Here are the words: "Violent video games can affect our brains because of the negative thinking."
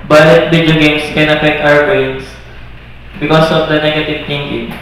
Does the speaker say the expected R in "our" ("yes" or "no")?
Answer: no